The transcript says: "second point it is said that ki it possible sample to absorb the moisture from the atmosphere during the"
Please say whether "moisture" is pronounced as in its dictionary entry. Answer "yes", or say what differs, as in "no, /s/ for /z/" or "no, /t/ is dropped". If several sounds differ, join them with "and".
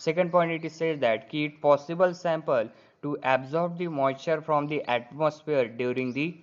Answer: no, /s/ is dropped